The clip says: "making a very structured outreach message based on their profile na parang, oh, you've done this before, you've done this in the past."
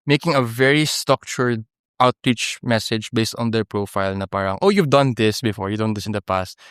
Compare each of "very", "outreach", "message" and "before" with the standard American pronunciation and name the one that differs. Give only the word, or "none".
none